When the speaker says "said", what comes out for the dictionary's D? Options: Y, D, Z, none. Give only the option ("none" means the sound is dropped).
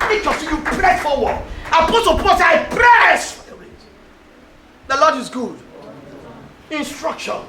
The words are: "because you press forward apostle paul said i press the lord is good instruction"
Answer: none